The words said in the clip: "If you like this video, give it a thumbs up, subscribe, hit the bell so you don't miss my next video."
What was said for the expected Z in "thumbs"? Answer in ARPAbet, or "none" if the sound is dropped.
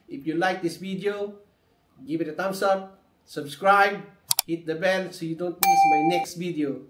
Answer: S